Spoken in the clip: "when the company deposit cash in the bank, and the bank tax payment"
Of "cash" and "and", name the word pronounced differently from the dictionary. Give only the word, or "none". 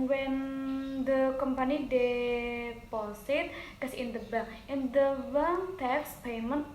cash